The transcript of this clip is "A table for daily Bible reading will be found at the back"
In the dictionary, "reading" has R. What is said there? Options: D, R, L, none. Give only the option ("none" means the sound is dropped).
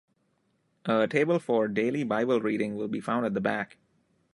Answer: R